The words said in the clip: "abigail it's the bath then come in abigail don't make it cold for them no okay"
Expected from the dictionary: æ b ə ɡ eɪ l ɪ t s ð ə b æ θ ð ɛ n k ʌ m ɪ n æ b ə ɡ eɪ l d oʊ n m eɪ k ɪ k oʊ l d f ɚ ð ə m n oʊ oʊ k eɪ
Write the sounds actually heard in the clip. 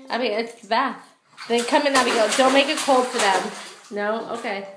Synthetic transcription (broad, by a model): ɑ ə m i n ɪ t s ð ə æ t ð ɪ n k ʌ m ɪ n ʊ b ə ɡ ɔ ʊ d oʊ n m eɪ k ɪ k oʊ l d f ɚ ð ə m n oʊ oʊ k eɪ